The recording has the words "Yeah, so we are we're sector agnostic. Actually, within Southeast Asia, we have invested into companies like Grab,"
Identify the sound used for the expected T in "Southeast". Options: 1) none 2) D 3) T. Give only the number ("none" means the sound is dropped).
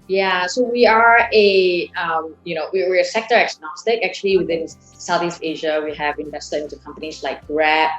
3